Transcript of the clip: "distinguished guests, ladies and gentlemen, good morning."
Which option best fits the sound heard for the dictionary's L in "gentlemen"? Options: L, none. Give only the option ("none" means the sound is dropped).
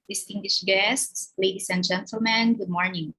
L